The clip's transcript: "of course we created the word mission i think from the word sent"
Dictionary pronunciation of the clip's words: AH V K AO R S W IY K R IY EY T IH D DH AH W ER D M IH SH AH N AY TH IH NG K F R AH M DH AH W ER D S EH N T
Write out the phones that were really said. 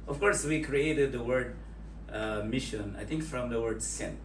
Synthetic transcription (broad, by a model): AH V K AO R S W IY K R IY EY T IH D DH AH W ER D M IH SH AH N AY T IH NG K F R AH M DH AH W ER D S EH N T